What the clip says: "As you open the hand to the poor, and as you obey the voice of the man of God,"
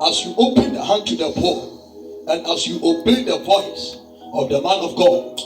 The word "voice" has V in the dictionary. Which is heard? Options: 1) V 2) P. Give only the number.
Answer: 2